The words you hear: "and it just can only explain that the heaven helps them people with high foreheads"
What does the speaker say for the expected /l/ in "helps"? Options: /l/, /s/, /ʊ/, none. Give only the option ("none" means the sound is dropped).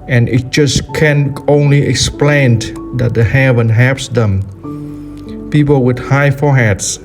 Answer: none